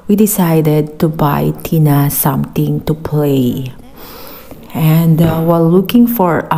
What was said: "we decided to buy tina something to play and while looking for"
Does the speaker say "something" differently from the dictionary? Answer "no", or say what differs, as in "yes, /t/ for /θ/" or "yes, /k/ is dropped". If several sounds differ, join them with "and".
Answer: yes, /t/ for /θ/